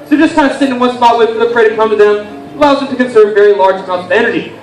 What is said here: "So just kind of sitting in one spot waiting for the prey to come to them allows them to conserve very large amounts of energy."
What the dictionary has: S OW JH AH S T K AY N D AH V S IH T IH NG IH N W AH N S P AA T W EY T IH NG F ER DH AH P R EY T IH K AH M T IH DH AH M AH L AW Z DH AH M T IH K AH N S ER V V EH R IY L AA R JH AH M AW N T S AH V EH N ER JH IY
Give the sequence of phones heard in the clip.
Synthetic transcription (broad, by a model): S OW JH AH S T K AY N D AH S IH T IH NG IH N W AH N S B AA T W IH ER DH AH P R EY T IH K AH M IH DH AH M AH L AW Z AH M T IH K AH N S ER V V EH R IY L AA R JH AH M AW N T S AH V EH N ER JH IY